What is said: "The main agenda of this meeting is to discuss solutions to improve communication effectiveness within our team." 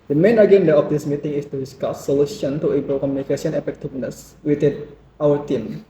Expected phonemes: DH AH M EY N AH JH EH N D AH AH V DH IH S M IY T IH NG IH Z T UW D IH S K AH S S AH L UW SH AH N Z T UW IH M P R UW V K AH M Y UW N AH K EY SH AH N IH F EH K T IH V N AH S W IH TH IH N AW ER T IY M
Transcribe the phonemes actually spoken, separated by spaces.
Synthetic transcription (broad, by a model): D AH M EY N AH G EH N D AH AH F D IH S M IY T IH NG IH S T UW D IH S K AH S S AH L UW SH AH N T UW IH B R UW K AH M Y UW N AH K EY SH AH N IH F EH K T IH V N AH S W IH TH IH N AW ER T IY M